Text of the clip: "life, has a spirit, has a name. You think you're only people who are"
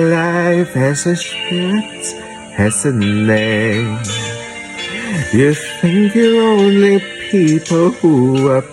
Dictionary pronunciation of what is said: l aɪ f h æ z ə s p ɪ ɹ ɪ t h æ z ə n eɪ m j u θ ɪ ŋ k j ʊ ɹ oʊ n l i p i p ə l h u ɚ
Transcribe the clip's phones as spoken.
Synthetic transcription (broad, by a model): l aɪ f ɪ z ə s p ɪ ɹ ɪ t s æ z ə n eɪ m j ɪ θ ɪ ŋ k j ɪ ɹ oʊ n l i p i p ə l h u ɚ